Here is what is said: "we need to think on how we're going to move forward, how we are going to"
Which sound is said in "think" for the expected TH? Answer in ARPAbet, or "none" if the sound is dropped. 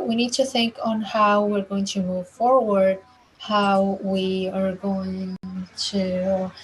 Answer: TH